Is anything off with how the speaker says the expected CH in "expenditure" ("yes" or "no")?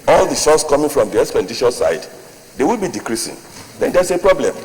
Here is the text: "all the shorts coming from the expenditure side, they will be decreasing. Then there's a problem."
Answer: yes